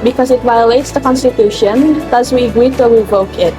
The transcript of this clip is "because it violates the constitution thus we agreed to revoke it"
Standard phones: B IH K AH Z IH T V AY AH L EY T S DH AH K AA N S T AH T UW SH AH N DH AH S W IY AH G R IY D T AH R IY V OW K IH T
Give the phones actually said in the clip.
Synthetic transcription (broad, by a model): B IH K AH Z IH T V AY AH L EY T S DH AH K AA N S T AH T UW SH AH N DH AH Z W IY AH G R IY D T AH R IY V OW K IH T